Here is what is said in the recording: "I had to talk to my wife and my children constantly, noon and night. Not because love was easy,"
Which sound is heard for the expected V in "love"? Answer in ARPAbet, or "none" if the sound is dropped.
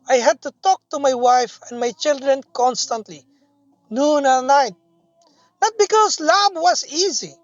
B